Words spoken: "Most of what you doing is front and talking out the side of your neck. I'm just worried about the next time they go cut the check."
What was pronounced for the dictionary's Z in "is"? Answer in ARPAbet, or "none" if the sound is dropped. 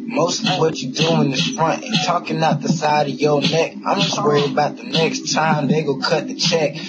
S